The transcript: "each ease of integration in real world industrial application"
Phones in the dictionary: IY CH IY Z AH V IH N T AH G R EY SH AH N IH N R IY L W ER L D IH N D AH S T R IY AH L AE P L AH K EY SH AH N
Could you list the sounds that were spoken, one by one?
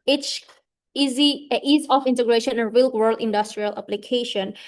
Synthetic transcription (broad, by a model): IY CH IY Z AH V IH N T AH G R EY SH AH N IH N R IY L W ER L D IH N D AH S T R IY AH L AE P L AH K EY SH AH N